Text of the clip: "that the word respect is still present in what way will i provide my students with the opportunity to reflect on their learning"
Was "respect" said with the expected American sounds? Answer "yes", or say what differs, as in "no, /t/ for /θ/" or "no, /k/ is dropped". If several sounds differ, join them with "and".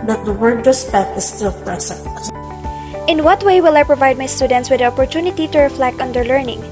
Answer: no, /k/ is dropped